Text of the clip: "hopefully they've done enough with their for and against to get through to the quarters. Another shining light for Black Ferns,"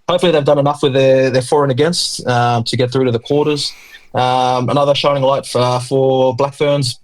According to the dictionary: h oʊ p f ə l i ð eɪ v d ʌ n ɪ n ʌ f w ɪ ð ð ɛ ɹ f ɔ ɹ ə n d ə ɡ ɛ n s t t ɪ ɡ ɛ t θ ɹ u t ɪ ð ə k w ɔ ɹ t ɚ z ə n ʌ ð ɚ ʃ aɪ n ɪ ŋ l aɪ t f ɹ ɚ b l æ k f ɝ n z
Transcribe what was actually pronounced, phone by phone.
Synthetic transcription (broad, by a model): h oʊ p f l i ð eɪ v d ʌ n ɪ n ʌ f w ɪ ð ð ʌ ɹ f ɔ ɹ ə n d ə ɡ ɛ n s t t ɪ ɡ ɛ t θ ɹ u t ɪ ð ə k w ɔ ɹ t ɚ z ə n ʌ ð ɚ ʃ aɪ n ɪ ŋ l aɪ t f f ɚ b l æ k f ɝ n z